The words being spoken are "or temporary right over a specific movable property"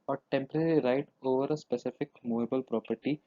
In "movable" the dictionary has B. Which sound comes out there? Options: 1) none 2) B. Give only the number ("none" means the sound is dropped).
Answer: 2